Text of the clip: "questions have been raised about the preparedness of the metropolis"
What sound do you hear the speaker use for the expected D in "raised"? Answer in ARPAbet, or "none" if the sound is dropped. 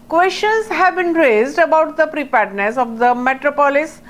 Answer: D